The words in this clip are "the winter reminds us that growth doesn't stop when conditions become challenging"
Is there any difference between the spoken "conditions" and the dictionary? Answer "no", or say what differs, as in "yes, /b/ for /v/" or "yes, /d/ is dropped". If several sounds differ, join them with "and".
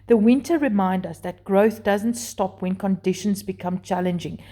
no